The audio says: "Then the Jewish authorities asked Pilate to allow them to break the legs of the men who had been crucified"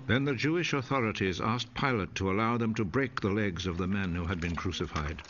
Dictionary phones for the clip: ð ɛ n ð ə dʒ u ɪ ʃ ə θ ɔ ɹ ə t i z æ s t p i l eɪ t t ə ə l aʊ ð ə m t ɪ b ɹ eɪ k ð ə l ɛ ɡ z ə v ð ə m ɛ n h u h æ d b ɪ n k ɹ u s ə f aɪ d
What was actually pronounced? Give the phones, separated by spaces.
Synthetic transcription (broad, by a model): ð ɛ n ð ə dʒ u ɪ ʃ ə θ ɔ ɹ ə t i z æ s p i l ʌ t t ə ə l aʊ ð ə m t ɪ b ɹ eɪ k ð ə l ɛ ɡ z ə v ð ə m ɛ n h u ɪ d b ɪ n k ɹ u s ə f aɪ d